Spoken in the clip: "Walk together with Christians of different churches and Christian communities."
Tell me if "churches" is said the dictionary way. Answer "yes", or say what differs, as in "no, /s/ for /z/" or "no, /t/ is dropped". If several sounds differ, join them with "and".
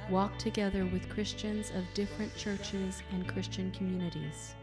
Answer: yes